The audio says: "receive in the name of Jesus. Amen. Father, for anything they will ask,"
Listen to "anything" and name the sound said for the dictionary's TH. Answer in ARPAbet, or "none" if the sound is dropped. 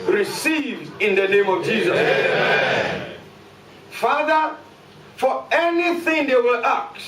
TH